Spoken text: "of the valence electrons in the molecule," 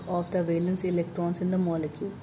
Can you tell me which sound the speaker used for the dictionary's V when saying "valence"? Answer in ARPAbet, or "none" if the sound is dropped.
V